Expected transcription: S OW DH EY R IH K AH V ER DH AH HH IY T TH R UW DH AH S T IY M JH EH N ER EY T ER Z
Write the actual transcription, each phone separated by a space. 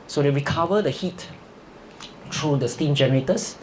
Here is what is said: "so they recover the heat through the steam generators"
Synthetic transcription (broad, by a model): S OW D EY R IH K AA V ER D AH HH IY T T R UW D AH S T IY M JH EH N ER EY T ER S